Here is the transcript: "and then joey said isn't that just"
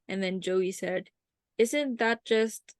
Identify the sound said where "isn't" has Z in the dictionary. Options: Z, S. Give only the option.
Z